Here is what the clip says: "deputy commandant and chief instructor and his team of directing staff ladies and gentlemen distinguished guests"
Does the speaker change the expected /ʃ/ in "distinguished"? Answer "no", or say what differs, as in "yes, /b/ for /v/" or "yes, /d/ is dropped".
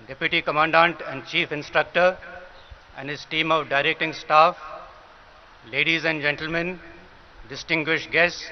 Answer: no